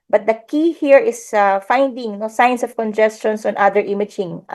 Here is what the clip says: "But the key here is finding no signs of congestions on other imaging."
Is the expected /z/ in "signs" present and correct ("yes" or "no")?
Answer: no